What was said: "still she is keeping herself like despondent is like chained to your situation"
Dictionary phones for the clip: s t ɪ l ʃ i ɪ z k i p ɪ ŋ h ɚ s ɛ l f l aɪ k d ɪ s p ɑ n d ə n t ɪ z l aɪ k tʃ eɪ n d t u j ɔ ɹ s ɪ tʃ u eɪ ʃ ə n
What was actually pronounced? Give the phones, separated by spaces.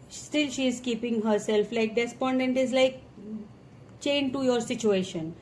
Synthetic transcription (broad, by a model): s t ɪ l ʃ i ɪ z k i p ɪ ŋ h ɚ s ɛ l f l aɪ k d ɪ s p ɑ n d ə n t ɪ z l aɪ k tʃ eɪ n d t u j ɔ ɹ s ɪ tʃ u eɪ ʃ ə n